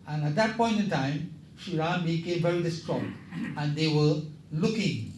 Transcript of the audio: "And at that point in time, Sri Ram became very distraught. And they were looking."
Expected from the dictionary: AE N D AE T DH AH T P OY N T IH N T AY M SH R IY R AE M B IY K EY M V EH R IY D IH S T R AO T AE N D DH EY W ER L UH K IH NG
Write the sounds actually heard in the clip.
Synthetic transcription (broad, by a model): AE N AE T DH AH T P OY N T IH N T AY M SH IY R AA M B IY K EY M V EH R IY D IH S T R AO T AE N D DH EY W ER L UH K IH NG